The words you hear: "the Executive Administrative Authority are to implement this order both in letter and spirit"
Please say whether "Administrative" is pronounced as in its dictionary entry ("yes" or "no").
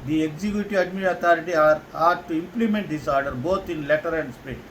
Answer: no